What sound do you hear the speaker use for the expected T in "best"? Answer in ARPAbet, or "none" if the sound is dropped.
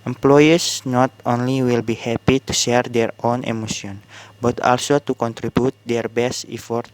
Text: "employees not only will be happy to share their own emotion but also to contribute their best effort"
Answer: T